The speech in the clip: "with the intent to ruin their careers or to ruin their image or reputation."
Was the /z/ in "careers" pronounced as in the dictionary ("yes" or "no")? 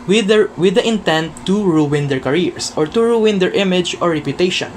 no